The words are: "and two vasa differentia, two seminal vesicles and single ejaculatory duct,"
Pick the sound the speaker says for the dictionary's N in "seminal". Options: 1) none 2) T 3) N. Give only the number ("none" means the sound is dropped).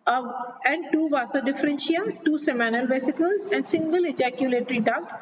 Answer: 3